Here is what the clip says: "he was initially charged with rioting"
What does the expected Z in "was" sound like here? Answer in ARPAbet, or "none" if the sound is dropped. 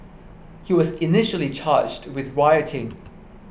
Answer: Z